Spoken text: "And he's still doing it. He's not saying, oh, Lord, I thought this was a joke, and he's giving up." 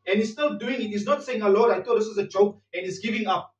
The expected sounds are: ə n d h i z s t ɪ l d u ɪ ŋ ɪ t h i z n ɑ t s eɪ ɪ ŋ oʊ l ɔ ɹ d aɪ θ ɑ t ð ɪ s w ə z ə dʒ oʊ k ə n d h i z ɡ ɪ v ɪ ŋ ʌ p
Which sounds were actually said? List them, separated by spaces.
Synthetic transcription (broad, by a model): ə n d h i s t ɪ l d u ɪ ŋ ɪ t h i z n ɑ t s eɪ ɪ ŋ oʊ l ɔ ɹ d aɪ t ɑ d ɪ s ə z ə dʒ oʊ k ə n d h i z ɡ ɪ v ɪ ŋ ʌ p